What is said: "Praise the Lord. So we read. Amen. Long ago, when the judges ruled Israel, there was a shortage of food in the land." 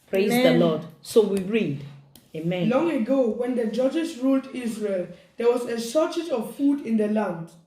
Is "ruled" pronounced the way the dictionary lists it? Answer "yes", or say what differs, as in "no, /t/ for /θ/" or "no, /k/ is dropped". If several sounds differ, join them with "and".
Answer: yes